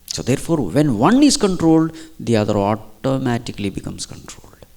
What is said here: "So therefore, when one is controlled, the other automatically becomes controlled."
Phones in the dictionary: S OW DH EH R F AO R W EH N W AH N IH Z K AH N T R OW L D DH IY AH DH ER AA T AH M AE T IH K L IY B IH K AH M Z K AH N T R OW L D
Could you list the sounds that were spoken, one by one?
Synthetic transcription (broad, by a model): S OW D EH R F AO R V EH N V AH N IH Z K AH N T R OW L D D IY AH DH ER AA T AH M AE T IH K L IY B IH K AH M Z K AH N T R OW L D